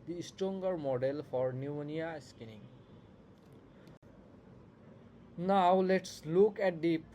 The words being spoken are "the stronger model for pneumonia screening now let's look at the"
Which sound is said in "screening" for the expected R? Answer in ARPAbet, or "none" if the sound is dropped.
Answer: none